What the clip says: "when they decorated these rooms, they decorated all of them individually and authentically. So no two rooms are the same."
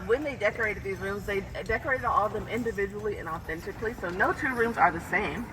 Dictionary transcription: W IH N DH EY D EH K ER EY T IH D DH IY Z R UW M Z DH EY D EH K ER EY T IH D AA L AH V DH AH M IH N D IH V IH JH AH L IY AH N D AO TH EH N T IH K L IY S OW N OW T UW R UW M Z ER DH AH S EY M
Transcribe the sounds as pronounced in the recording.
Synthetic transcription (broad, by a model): W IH N DH EY D EH K ER EY T IH D DH IY Z R UW M Z DH EY D EH K ER EY T IH D AA L AH V DH AH M IH N D IH V IH JH AH L IY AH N AO TH EH N T IH K L IY S OW N OW T UW R UW M Z ER DH AH S EY M